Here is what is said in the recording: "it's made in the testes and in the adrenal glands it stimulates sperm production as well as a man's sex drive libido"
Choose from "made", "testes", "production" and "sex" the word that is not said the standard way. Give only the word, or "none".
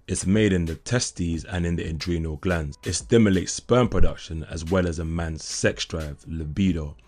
none